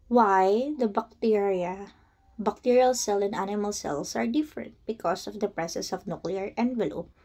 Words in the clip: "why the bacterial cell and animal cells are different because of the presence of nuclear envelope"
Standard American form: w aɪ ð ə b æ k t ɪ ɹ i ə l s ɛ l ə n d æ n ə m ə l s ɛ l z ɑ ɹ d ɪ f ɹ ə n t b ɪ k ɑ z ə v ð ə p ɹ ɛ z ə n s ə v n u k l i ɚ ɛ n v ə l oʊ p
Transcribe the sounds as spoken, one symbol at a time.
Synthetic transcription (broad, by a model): w aɪ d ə b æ k t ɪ ɹ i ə l s ɛ l ə n d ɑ n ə m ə l s ɛ l s ɑ ɹ d ɪ f ɹ ə n t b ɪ k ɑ s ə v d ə p ɹ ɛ s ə s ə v n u k l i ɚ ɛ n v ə l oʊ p